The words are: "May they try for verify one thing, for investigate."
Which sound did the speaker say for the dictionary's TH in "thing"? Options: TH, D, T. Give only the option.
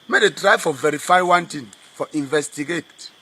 T